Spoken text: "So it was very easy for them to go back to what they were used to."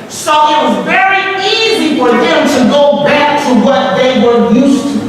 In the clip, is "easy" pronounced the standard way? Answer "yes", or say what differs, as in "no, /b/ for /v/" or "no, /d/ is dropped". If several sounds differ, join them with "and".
yes